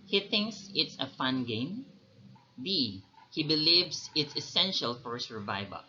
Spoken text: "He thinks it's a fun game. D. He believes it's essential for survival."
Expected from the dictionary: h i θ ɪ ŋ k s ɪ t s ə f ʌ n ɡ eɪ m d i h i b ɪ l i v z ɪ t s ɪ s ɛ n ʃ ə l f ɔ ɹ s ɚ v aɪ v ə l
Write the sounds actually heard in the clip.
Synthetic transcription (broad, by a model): h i θ ɪ ŋ k s ɪ t s ə f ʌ n ɡ eɪ m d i h i b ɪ l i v s ɪ t s ɪ s ɛ n ʃ ə l f ɔ ɹ s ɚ v aɪ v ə l